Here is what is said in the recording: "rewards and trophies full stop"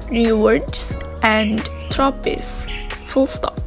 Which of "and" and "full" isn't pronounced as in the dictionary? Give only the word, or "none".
none